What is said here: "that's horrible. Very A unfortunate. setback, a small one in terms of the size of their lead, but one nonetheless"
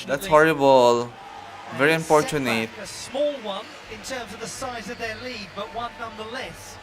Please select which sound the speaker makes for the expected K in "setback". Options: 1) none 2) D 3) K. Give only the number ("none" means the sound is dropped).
1